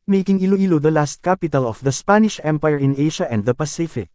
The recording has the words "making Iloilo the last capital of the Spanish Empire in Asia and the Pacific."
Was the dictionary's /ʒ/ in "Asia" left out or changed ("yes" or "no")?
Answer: yes